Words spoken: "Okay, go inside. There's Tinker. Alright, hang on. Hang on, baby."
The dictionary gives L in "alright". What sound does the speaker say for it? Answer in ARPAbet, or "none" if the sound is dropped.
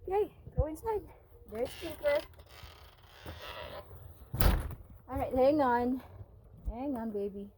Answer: none